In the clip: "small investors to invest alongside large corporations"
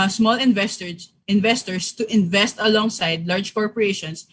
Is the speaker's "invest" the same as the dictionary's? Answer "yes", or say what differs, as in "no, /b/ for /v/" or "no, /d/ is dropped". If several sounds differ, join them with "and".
yes